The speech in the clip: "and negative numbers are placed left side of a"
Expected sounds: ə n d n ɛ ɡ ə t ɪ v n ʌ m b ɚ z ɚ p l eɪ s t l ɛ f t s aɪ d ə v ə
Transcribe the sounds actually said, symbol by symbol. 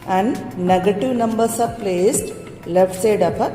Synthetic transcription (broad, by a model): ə n d n ɛ ɡ ə t ɪ v n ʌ m b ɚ s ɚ p l eɪ s t l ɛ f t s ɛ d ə p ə